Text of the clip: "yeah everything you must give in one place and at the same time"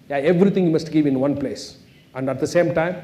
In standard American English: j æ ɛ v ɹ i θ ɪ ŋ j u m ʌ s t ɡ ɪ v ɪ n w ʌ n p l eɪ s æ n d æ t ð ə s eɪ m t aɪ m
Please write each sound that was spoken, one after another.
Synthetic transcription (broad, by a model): j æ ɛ v ɹ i t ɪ ŋ j u m ʌ s t ɡ ɪ v ɪ n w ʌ n p l eɪ s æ n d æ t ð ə s eɪ m t aɪ m